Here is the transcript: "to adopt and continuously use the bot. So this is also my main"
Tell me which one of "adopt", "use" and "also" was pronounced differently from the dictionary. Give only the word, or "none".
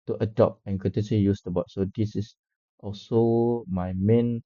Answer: adopt